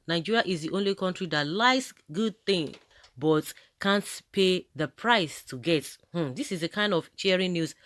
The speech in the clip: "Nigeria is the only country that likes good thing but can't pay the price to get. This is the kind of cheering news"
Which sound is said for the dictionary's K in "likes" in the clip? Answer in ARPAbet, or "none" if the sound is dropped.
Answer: none